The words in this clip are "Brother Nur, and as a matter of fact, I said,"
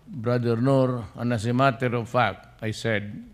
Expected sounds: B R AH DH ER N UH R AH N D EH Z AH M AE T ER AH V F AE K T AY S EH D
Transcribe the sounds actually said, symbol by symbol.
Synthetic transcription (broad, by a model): B R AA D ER N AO R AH N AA S AH M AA T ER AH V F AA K AY S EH D